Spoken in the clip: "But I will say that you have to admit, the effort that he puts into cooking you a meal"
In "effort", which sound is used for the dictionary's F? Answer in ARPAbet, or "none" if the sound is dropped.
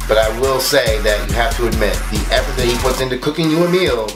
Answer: P